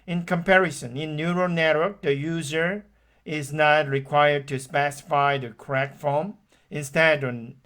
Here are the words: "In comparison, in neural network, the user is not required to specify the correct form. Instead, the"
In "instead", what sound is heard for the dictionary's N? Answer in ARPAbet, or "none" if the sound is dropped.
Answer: N